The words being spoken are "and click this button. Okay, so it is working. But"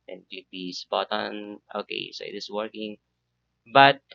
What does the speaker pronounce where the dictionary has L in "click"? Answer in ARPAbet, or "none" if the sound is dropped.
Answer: none